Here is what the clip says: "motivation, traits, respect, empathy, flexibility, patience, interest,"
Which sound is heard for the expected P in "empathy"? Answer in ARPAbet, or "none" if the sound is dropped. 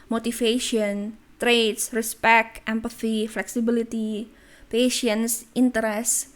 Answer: P